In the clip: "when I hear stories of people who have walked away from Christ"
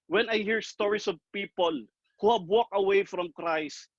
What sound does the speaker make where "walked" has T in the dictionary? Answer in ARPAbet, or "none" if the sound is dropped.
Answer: none